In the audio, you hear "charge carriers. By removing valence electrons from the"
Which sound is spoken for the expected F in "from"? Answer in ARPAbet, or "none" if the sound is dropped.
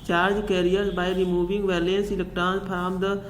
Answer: P